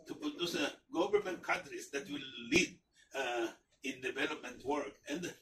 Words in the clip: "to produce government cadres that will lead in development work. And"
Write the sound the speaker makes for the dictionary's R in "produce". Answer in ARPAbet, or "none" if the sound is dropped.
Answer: none